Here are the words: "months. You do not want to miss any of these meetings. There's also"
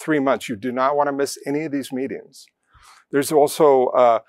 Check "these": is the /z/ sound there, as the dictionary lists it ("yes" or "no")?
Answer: yes